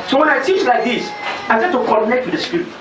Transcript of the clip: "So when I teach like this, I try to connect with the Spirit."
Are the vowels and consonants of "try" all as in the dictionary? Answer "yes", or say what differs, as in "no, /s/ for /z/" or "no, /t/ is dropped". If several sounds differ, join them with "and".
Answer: no, /ɹ/ is dropped